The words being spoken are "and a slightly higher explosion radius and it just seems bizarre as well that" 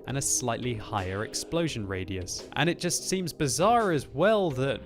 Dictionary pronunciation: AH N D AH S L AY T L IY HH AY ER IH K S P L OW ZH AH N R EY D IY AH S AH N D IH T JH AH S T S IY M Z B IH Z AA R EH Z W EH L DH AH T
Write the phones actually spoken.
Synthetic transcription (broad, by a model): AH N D AH S L AY T L IY HH AY ER IH K S P L OW ZH AH N R EY D IY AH S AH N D IH T JH AH S T S IY M Z B IH Z AA R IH Z W EH L DH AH T